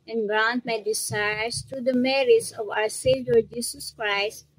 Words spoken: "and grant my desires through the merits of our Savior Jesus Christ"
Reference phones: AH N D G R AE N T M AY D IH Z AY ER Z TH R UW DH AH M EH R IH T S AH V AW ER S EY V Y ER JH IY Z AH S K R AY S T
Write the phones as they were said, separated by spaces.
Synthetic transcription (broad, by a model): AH N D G R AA N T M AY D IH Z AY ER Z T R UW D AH M EH R IH T S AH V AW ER S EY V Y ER JH IY S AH S K R AY S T